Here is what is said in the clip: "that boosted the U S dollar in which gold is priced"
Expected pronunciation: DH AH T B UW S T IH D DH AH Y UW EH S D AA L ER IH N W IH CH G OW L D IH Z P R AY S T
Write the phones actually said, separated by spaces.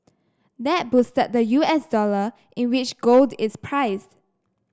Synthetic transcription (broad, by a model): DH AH T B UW S T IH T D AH Y UW EH S D AA L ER IH N W IH CH G OW L D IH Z P R AY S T